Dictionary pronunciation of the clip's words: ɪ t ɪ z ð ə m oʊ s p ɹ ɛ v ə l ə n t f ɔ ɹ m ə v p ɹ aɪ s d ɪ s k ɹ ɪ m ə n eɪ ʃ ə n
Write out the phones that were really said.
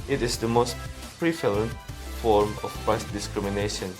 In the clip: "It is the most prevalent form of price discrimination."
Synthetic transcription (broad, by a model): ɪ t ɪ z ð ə m oʊ s p ɹ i f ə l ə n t f ɔ ɹ m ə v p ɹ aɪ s d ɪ s k ɹ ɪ m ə n eɪ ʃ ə n